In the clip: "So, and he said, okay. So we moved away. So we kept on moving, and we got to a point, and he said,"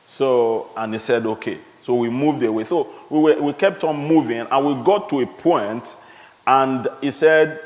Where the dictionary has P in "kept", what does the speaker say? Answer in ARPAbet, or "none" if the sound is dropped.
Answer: P